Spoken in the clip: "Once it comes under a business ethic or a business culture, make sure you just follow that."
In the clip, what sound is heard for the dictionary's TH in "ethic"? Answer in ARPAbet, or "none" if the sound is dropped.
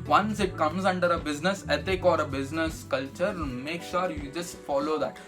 T